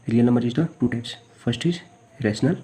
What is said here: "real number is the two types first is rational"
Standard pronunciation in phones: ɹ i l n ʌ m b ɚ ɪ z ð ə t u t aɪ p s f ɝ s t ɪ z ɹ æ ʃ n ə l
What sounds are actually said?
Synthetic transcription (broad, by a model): ɹ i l n ʌ m b ɚ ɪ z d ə t u t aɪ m s p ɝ s t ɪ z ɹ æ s n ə l